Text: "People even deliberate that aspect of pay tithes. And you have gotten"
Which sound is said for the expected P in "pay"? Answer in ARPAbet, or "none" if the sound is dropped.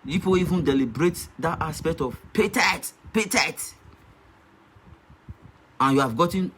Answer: P